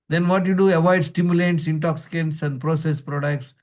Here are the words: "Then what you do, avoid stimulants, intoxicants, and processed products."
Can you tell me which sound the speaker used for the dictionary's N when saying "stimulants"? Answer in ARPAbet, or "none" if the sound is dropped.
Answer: none